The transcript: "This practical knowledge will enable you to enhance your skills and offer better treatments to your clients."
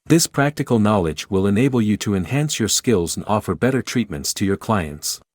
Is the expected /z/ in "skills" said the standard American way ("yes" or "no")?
yes